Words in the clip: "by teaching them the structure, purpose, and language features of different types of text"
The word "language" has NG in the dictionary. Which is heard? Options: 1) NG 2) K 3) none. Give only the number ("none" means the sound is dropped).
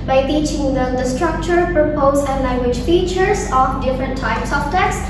1